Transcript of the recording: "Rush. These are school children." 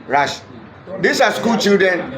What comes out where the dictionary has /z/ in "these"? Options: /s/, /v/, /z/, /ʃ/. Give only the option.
/s/